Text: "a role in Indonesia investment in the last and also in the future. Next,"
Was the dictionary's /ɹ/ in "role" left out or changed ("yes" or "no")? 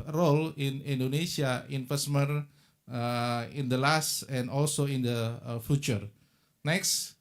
no